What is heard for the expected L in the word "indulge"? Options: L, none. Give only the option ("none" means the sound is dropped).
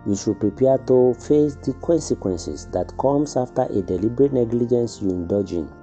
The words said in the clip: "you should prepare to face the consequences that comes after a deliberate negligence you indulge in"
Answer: none